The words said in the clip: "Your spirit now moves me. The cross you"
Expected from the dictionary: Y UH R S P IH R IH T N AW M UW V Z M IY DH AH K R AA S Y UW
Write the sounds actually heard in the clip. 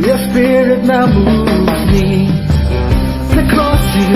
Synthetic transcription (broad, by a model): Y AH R S P IH R IH T N AW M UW Z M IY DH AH K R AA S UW